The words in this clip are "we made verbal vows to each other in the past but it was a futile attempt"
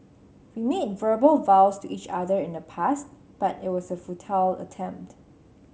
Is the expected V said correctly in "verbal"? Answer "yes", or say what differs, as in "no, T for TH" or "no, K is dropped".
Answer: yes